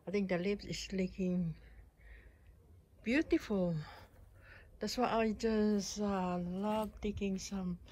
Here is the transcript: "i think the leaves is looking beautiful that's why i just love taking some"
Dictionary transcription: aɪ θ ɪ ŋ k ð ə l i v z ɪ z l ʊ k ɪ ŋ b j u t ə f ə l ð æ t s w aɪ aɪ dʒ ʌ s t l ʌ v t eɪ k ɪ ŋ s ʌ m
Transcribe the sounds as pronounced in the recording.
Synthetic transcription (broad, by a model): aɪ t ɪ ŋ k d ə l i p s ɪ s l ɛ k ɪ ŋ b j u t ə f ə l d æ t s w aɪ aɪ dʒ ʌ s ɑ l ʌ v t eɪ k ɪ ŋ s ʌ m